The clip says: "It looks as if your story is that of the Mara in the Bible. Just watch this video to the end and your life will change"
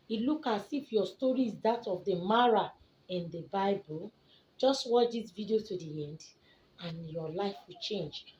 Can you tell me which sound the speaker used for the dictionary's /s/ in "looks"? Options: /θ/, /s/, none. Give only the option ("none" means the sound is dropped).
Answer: none